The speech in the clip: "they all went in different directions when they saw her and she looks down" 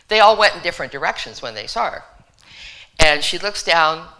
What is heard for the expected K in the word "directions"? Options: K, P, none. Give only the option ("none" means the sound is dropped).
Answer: K